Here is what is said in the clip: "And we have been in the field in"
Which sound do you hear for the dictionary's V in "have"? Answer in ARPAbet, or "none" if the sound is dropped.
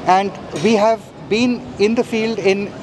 V